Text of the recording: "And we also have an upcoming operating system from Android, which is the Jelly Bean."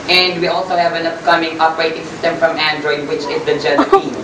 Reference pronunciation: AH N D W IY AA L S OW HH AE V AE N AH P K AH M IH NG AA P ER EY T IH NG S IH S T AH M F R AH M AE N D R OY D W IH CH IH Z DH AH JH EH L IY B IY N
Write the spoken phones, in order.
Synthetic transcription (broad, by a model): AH N D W IY AA L S OW HH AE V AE N AH P K AH M IH NG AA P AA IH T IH NG S IH S T AH M F R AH M AE N D R OY D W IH CH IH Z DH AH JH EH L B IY